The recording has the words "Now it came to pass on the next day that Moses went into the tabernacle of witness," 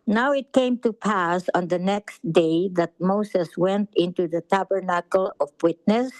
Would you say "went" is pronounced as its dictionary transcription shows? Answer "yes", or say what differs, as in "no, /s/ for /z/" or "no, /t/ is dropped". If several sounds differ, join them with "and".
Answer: yes